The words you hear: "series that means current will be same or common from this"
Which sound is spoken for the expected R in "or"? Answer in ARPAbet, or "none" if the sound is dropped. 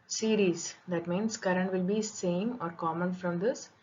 R